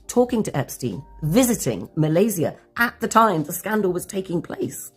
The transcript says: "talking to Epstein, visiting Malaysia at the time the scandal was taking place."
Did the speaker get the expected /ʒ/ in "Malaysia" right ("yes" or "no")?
no